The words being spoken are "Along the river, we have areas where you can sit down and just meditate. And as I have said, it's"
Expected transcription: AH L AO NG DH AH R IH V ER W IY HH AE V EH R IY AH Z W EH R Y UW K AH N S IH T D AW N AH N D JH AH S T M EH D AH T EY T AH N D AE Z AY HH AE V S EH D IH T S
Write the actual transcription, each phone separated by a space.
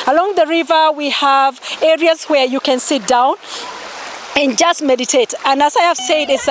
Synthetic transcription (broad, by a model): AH L AO NG DH AH R IH V ER W IY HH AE V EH R IY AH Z W EH R Y UW K AH N S IH T D AW N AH N JH AH S T M EH D AH T EY T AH N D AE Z AY HH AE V S EH D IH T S